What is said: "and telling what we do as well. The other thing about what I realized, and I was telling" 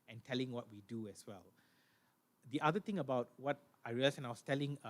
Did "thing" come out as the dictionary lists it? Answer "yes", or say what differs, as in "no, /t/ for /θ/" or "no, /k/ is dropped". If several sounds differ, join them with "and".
no, /t/ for /θ/